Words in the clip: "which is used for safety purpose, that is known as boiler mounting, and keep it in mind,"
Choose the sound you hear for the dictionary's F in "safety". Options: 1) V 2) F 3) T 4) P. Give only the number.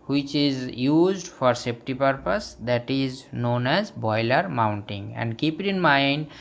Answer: 4